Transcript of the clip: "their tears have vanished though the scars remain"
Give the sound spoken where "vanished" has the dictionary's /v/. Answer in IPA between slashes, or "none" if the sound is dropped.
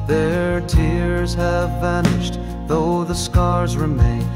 /v/